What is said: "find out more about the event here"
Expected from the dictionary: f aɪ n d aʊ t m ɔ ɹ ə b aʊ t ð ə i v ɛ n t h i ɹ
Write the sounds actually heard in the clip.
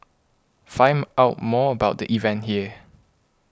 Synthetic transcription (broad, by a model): f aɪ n aʊ t m ɔ ə b aʊ t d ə i v ɛ n t h i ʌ